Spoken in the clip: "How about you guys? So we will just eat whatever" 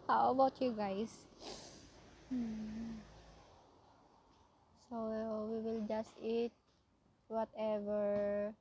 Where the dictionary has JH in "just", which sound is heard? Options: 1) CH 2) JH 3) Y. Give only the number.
2